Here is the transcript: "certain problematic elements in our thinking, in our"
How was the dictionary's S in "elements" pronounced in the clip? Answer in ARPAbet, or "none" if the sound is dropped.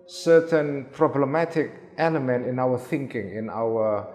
none